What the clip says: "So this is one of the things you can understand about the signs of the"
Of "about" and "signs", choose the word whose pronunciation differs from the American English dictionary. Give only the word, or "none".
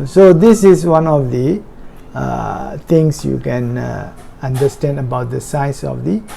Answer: signs